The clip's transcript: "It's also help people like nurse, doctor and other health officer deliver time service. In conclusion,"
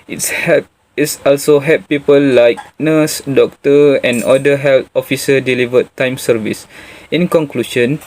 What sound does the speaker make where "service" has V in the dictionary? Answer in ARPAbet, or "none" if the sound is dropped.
V